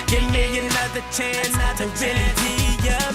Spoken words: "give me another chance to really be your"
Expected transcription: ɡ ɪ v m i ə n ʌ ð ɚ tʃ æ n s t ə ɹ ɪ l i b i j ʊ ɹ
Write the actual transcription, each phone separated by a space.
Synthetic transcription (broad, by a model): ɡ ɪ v m i ə n ʌ ð ɚ tʃ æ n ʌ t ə w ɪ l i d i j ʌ